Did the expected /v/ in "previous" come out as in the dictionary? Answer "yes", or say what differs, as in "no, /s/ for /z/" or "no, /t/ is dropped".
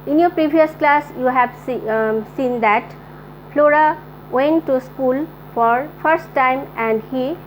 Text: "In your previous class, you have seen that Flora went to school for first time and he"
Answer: no, /b/ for /v/